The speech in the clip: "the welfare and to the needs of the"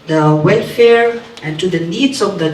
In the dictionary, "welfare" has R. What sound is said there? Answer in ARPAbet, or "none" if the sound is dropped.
R